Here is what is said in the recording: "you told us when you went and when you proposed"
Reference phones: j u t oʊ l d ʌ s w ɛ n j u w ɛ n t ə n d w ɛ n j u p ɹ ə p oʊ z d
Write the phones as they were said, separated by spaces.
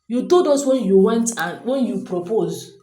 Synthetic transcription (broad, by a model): j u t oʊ d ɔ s w ɛ n j u w ɛ n t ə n w ɛ n j u p ɹ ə p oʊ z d